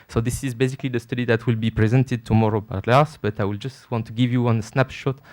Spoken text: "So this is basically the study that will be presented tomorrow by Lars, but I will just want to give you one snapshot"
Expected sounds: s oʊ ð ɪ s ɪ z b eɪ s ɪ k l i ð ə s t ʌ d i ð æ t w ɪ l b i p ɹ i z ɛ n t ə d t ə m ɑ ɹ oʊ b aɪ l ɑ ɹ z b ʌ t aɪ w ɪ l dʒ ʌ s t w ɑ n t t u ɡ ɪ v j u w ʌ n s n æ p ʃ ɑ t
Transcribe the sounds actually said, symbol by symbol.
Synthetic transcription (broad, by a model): s oʊ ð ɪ s ɪ z b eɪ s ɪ k l i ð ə s t ʌ d i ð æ t w ɪ l b i p ɹ i z ɛ n t ə d t ə m ɑ ɹ oʊ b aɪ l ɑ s b ʌ t aɪ w ɪ l dʒ ʌ s t w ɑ n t t u ɡ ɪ v j u w ʌ n s n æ p ʃ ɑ t